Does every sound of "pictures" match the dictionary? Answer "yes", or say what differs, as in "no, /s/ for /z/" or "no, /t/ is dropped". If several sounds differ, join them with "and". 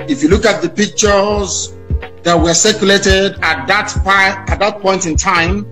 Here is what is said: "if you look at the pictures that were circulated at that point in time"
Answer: yes